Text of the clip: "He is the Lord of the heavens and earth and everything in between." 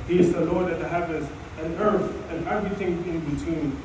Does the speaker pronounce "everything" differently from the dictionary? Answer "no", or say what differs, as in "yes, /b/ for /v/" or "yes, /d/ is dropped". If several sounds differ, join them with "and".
no